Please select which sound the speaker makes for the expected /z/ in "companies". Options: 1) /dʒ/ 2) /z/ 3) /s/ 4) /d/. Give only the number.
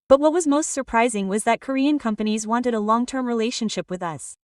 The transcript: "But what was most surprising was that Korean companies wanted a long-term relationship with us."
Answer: 2